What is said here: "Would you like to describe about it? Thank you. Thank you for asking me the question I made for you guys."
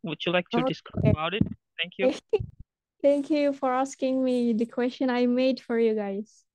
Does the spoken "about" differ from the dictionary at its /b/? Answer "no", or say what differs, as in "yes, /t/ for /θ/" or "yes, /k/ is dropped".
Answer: yes, /b/ is dropped